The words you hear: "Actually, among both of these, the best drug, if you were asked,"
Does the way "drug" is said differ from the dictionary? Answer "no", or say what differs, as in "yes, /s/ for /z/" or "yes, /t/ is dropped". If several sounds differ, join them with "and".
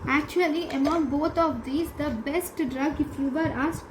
no